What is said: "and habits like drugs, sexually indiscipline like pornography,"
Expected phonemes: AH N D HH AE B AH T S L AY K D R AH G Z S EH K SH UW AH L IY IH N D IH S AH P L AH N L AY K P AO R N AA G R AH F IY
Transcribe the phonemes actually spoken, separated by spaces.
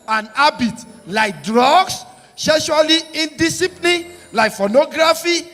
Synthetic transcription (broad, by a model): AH N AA B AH T L AY K D R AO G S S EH SH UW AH L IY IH N D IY S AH P L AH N L AY K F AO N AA G R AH F IY